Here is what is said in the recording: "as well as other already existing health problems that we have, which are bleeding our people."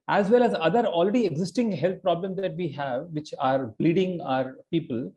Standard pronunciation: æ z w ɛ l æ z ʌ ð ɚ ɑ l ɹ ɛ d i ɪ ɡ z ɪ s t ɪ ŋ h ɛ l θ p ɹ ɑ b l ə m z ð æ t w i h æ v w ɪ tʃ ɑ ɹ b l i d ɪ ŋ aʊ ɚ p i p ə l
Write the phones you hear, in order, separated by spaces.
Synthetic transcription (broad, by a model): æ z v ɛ l æ z ʌ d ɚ ɑ l ɹ ɛ d i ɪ ɡ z ɪ s t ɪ ŋ h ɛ l t p ɹ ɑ b l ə m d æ t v i h æ v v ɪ tʃ ɑ ɹ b l i d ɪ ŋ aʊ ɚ p i p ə l